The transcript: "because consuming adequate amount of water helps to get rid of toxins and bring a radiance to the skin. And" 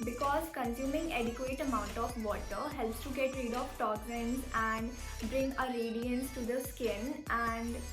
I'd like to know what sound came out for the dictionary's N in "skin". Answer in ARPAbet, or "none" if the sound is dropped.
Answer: N